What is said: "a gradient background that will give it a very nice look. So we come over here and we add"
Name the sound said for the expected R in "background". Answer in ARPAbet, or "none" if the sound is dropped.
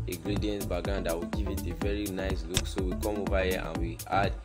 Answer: none